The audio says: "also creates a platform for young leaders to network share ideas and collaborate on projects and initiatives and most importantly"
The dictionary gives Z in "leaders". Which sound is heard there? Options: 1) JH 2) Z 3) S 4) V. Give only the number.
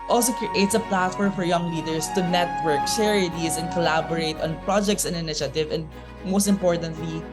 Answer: 3